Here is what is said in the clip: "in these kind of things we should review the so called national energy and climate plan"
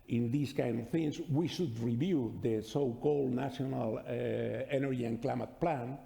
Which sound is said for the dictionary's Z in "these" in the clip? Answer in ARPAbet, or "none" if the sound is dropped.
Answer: S